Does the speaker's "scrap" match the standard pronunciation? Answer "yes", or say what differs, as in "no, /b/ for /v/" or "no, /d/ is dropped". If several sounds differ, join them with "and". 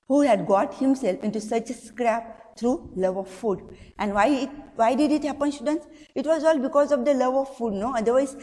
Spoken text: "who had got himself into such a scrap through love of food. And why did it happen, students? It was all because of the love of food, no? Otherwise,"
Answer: yes